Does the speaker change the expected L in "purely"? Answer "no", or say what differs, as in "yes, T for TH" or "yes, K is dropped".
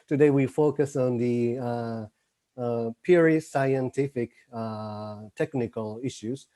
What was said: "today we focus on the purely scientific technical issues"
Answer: yes, L is dropped